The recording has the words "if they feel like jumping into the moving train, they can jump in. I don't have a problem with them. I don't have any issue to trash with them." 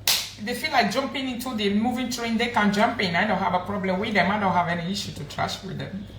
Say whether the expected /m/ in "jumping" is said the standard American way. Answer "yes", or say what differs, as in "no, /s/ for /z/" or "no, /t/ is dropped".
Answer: yes